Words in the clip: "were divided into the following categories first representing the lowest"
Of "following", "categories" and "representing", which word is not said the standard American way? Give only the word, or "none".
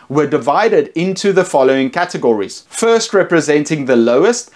none